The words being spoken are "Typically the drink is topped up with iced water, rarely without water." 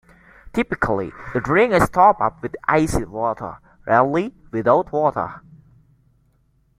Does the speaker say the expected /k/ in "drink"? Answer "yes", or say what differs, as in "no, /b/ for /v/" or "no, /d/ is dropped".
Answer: no, /k/ is dropped